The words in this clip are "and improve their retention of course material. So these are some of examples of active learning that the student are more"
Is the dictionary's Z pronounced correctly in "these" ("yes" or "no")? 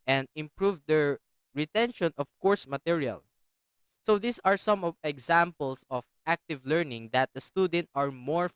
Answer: no